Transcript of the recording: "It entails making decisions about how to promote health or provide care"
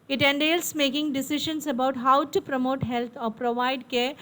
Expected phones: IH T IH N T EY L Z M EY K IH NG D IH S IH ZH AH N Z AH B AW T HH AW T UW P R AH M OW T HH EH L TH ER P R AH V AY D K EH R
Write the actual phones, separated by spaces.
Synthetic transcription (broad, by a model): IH T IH N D EY L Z M EY K IH NG D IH S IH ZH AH N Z AH B AW T HH AW T UW P R AH M OW T HH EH L T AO P R AH V AY D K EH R